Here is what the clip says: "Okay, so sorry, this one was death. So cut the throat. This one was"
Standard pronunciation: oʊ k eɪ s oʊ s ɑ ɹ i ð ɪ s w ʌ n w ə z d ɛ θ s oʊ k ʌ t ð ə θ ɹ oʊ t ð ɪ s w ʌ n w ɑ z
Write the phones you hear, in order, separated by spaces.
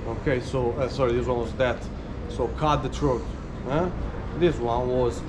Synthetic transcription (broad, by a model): oʊ k eɪ s oʊ s ɑ ɹ i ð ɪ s w ʌ n w ə z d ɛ t s oʊ k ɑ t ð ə t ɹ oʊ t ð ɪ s w ʌ n w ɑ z